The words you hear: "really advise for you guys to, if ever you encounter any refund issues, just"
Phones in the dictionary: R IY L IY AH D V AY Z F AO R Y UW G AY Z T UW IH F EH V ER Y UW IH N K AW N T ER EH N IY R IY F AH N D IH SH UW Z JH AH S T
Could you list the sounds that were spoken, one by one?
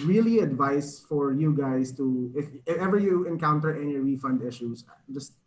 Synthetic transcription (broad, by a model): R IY L IY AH D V AY S F AO R Y UW G AY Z T UW IH F EH V ER Y UW IH N K AW N T ER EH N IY R IY F AH N D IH SH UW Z JH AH S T